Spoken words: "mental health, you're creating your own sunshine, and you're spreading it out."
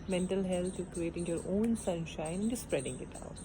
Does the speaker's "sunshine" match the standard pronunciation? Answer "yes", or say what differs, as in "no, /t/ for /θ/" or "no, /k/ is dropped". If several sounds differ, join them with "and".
yes